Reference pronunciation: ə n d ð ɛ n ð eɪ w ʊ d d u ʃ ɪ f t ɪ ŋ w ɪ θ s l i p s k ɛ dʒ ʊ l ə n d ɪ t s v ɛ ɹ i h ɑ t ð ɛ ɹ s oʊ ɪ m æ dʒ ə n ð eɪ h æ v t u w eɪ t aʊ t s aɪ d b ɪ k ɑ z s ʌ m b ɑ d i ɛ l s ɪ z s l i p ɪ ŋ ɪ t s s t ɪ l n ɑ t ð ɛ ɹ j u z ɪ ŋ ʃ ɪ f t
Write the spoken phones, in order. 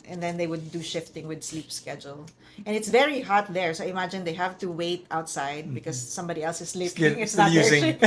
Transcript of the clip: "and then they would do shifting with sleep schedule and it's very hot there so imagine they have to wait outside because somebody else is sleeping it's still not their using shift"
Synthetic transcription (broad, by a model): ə n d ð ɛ n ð eɪ w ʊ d d u ʃ ɪ f t ɪ ŋ w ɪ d s l i p s k ɛ dʒ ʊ l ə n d ɪ t s v ɛ ɹ i h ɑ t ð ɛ ɹ s oʊ ɪ m æ dʒ ə n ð eɪ h æ v t u w eɪ t aʊ t s aɪ d b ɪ k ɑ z s ʌ m b ɑ d i ɛ l s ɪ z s l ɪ f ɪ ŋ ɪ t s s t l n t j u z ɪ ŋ